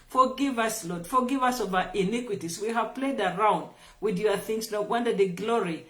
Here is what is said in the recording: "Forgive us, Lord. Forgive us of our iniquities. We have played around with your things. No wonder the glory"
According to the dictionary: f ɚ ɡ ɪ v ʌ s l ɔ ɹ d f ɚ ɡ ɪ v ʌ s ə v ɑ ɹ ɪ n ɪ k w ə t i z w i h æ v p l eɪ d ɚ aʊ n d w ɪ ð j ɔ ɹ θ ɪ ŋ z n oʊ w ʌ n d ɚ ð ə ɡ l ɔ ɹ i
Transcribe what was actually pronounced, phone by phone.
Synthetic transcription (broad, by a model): f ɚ ɡ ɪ v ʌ s l ɔ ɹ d f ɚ ɡ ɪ v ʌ s ə v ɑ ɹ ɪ n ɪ k w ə t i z w i h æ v p l eɪ d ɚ aʊ n d w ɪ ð j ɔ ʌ θ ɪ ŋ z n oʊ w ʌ n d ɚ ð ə ɡ l ɔ ɹ i